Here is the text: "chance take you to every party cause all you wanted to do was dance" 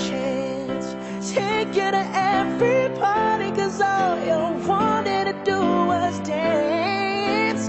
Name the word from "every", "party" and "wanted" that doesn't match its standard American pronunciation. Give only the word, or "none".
party